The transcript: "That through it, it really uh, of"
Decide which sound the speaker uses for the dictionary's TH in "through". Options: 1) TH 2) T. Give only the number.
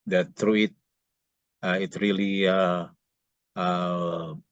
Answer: 2